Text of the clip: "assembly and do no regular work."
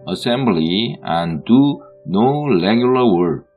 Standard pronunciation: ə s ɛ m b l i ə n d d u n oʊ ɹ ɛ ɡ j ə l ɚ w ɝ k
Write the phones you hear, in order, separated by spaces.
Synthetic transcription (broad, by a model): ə s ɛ m b l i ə n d d u n oʊ l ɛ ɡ j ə l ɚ w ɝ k